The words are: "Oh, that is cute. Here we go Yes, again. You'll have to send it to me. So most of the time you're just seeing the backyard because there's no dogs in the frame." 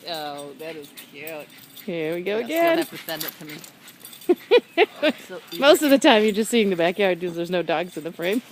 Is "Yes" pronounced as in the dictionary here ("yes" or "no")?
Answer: no